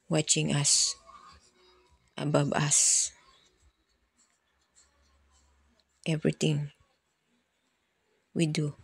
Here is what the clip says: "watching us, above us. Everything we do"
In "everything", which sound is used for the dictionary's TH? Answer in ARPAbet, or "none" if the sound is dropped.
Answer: T